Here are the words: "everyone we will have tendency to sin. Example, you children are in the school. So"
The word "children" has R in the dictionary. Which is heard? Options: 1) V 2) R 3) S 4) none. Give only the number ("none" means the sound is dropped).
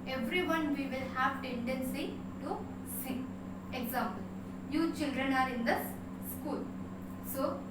2